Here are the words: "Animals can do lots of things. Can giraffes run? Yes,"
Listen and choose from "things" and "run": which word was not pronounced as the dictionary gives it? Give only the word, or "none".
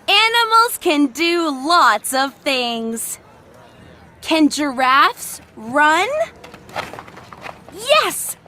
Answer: none